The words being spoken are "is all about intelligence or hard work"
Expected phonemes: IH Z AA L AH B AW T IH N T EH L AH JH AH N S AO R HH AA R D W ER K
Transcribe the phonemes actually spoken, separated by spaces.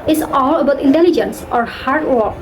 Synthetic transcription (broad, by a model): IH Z AA L AH B AW T IH N T EH L AH JH AH N S AO R HH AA R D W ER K